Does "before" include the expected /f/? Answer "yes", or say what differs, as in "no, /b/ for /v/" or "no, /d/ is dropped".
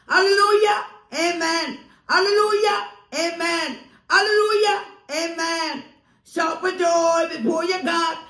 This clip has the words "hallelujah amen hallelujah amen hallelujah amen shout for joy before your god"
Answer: no, /p/ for /f/